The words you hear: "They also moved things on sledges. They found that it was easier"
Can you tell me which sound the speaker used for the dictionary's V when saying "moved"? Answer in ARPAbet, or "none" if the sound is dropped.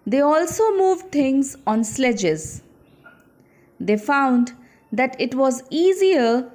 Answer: V